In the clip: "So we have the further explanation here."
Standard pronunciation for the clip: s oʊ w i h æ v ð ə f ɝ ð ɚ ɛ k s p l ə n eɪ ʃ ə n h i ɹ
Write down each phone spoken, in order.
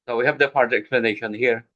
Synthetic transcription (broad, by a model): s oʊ w i h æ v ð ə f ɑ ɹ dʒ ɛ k p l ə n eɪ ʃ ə n h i ɹ